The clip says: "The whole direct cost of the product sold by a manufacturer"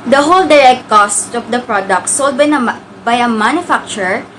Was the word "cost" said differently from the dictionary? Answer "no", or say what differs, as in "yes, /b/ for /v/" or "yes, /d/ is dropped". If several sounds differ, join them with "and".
no